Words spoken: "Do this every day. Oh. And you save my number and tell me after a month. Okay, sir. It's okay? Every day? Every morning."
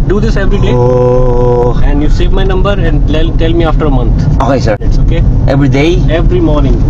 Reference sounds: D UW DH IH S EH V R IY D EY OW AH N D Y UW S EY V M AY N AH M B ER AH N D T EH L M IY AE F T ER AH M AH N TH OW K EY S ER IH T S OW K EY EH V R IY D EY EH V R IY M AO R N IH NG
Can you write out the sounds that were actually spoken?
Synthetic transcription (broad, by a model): D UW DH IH S EH V R IY D EY OW AH N D Y UW S EY V M AY N AH M B ER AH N D T EH L M IY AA F T ER AH M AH N T OW K EY S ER IH T S OW K EY EH V R IY D EY EH V R IY M AO R N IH NG